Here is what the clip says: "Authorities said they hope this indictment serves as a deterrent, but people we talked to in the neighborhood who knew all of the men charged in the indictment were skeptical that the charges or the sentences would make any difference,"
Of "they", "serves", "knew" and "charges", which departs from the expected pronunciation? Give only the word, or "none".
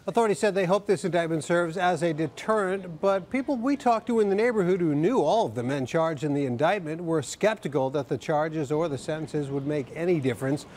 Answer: none